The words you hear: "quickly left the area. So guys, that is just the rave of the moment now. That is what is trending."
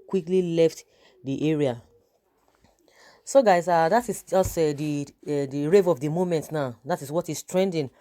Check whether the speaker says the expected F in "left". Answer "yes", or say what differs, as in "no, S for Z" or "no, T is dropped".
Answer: yes